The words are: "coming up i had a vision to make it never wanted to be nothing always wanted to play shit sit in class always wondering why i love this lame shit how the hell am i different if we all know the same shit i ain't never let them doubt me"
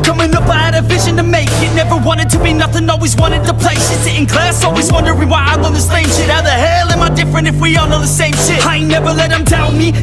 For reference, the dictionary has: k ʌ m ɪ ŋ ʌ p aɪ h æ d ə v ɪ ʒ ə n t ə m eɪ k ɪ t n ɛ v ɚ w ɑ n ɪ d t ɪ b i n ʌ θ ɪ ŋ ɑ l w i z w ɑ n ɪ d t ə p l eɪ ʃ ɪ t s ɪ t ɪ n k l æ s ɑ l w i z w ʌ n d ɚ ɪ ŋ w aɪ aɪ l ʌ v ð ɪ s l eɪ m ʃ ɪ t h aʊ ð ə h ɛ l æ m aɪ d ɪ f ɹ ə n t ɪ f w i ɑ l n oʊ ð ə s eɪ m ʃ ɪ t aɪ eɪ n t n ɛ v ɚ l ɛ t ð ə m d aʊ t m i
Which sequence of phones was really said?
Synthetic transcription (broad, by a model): k ʌ m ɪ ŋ ʌ p aɪ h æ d ə v ɪ ʒ ə n t ə m eɪ k ɪ t n ɛ v ɚ w ɑ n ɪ d t ɪ b i n ʌ θ ɪ ŋ ɑ l w i z w ɑ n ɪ d t ə p l eɪ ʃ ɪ s ɪ t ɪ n k l æ s ɑ l w i z w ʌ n d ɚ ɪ w aɪ aɪ w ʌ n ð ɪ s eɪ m ʃ ɪ t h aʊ ð ə h ɛ l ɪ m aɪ d ɪ f ɹ ə n t ɪ f w i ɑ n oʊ ð ə s eɪ m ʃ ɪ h aɪ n n ɛ v ɚ l ɛ t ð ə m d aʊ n m i